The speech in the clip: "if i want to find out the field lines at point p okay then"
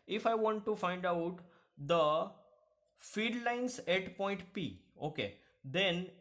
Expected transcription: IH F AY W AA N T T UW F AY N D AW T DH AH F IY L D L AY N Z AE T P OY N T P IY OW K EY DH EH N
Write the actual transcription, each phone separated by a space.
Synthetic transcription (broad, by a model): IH F AY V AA N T T UW F AY N D AW T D AH F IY D L AY N S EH T P OY N T P IY OW K EY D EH N